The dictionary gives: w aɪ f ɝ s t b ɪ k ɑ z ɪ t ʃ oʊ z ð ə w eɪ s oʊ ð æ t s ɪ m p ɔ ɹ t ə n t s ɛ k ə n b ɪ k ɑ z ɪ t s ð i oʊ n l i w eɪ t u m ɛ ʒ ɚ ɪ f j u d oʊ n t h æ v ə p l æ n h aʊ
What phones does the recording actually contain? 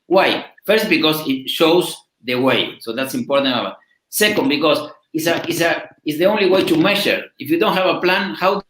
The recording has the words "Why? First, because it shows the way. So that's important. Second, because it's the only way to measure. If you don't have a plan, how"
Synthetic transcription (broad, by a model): w aɪ f ɝ s t b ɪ k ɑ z ɪ t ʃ oʊ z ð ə w eɪ s oʊ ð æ t s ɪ m p ɔ ɹ t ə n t s ɛ k ə n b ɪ k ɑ s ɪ s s ð i oʊ n l i w eɪ t u m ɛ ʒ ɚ ɪ f j u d oʊ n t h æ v ə p l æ n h aʊ